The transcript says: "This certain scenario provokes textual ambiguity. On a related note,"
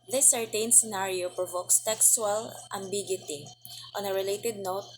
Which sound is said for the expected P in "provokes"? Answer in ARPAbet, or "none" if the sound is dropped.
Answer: P